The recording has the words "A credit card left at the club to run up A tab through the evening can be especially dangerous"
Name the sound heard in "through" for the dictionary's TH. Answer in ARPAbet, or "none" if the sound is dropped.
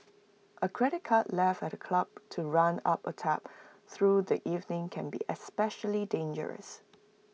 TH